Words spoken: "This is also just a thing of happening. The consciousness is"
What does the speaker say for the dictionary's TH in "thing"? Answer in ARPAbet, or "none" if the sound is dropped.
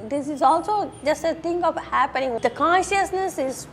T